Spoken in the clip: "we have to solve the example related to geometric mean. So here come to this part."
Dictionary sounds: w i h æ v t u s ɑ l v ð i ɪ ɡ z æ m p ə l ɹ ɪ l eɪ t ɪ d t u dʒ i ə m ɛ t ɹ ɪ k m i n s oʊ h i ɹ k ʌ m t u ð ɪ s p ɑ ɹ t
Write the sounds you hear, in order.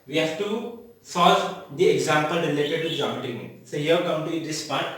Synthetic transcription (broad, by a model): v i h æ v t u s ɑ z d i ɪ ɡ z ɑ m p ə l ɹ ɪ l eɪ t ɪ d t u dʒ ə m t ɪ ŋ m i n s oʊ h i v k ʌ m t u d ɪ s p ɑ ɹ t